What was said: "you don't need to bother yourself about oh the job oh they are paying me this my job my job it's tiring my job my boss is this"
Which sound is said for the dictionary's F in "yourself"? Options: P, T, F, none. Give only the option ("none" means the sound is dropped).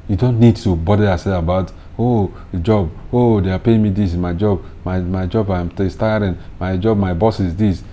none